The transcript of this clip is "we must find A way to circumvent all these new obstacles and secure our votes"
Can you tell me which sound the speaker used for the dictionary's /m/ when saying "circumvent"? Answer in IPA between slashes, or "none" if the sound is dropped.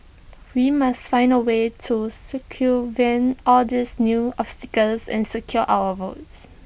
none